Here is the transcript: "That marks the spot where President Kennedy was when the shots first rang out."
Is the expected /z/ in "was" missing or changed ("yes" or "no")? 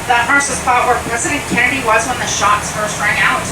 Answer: no